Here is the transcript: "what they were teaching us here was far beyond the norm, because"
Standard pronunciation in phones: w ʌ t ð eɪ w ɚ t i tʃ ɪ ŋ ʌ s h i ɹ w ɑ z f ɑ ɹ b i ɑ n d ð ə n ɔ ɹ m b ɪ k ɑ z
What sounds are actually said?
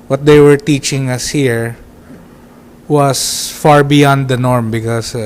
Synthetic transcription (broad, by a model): w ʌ t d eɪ w ɚ t i tʃ ɪ ŋ ʌ s h i ɹ w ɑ s f ɑ ɹ b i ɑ n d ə n ɔ ɹ m b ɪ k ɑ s